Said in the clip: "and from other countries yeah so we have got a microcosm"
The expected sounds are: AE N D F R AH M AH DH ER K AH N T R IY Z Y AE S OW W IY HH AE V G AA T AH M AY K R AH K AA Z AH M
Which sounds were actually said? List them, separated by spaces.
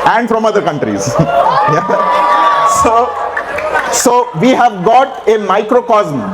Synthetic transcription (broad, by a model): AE N D F R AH M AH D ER K AH N T R IY Z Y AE S OW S IY HH AE V G AA T AH M AY K R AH K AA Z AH M